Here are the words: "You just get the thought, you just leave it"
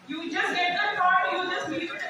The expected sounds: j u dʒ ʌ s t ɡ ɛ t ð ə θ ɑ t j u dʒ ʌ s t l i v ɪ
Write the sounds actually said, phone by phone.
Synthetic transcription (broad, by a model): j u dʒ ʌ s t ɡ ɛ t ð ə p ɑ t j u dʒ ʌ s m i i ɪ